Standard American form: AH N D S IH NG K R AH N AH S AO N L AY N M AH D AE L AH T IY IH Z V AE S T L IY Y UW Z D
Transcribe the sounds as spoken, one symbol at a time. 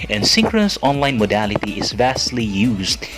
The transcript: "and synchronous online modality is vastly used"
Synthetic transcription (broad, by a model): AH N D S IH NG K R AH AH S AO N L AY N M AH D AE L AH T IY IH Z V AE S T L IY Y UW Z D